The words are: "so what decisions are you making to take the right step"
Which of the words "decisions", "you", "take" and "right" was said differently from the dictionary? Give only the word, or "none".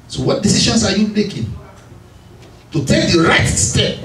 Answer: decisions